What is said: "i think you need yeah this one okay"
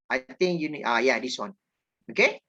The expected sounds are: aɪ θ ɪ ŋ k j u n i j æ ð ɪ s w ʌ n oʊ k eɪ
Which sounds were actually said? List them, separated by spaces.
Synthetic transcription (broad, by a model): aɪ t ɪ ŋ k j u n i j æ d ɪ s w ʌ n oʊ k eɪ